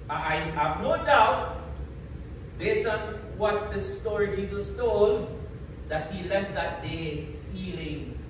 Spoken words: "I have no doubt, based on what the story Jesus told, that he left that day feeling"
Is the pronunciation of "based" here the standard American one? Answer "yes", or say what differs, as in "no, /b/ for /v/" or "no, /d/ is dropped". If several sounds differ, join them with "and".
no, /t/ is dropped